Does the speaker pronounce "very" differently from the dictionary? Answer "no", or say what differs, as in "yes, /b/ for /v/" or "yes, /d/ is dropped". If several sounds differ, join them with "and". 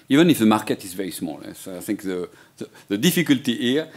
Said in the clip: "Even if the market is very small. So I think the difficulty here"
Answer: yes, /ɹ/ is dropped